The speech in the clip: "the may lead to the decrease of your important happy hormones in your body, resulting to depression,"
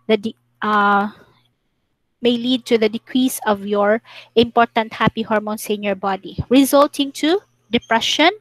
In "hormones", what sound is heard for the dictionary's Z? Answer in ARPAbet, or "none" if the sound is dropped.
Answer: S